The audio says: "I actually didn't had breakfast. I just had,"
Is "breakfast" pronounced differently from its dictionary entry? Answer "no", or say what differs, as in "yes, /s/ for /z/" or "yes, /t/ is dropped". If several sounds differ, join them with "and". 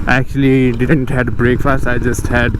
no